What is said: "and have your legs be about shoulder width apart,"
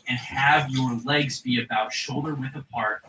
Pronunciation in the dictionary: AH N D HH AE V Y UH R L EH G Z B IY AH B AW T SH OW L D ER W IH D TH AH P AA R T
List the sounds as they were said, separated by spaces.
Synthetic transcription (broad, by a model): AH N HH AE V Y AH R L EH G Z B IY AH B AW T SH OW L D ER W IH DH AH P AA R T